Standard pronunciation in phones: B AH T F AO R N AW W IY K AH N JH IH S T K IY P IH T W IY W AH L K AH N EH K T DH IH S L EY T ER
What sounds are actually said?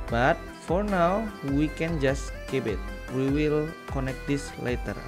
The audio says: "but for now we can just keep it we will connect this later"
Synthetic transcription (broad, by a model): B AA T F AO R N AW W IY K AH N JH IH S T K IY B IH T W IY W AH L K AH N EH K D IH S L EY T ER